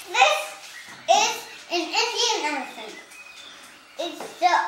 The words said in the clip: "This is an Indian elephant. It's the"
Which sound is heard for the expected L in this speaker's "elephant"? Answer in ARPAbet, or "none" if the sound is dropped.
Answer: N